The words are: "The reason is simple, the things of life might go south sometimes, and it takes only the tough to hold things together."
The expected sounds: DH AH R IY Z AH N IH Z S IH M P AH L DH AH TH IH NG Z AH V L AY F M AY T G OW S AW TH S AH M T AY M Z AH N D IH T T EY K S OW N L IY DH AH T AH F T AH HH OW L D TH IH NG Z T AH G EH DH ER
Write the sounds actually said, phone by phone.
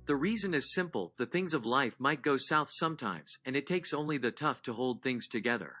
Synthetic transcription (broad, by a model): DH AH R IY Z AH N IH Z S IH M P L DH AH TH IH NG Z AH V L AY F M AY T G OW S AW TH S AH M T AY M Z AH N IH T T EY K S OW N L IY DH AH T AH F T AH HH OW L D TH IH NG Z T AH G EH DH ER